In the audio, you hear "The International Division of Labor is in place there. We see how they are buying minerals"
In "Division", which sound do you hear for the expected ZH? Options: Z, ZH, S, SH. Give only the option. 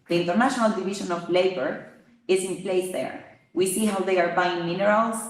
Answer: SH